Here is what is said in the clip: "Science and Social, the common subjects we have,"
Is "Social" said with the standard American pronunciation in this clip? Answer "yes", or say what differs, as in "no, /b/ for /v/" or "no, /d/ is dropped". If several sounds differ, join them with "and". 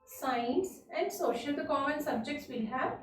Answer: yes